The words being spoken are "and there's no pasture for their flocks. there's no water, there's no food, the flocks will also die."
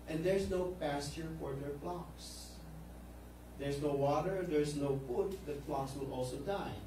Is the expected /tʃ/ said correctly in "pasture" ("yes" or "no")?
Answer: yes